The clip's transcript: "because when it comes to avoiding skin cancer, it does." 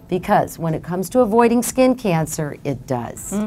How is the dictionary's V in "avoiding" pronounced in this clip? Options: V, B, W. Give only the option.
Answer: V